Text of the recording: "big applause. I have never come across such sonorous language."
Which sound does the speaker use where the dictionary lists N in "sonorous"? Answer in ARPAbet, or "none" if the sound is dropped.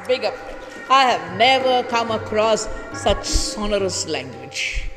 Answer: N